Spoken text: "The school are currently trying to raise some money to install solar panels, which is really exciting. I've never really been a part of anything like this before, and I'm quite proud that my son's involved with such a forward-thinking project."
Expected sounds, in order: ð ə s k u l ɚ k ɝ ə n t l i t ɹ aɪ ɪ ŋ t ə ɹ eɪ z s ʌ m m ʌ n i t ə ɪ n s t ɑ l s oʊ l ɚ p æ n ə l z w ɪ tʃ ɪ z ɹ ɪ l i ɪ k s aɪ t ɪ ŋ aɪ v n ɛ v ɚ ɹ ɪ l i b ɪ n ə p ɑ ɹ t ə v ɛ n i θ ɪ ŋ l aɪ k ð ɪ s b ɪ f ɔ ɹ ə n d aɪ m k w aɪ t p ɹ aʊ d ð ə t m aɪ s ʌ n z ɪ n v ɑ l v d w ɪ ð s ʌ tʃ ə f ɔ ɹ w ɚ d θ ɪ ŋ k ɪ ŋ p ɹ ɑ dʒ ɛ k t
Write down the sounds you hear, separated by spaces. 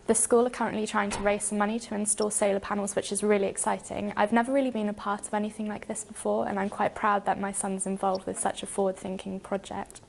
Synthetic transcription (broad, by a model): ð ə s k u l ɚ k ɝ ə n t l i t ɹ aɪ ɪ ŋ t ə ɹ eɪ z s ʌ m m ʌ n i t ə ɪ n s t ɑ s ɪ l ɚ p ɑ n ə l z w ɪ tʃ ɪ z ɹ ɪ l i ɪ k s aɪ t ɪ ŋ aɪ v n ɛ v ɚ ɹ ɪ l i b ɪ n ə p ɑ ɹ t ə v ɛ n i θ ɪ ŋ l aɪ k ð ɪ s b ɪ f ɔ ɹ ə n aɪ m k w aɪ t p ɹ aʊ d ð ə t m aɪ s ʌ n z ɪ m v ɑ l v d w ɪ ð s ʌ tʃ ə f ɔ w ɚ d θ ɪ ŋ k ɪ ŋ p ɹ ɑ dʒ ɛ k t